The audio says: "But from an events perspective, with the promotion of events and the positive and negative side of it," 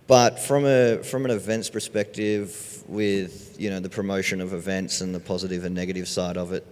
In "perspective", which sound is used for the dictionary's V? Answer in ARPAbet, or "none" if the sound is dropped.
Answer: V